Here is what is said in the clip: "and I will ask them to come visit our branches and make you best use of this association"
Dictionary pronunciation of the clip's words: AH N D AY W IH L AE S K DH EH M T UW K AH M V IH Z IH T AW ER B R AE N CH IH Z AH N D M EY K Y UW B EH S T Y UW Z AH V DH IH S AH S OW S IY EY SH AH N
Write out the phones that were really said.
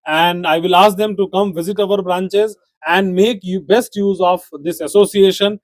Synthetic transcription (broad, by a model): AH N D AY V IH L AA S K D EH M T UW K AH M V IH Z IH T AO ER B R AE N CH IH Z AH N D M EY K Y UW B EH S T Y UW Z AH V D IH S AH S OW S IY EY SH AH N